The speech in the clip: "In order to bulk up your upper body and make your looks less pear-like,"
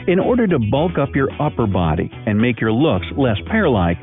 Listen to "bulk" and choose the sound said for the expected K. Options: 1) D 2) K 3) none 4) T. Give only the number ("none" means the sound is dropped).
2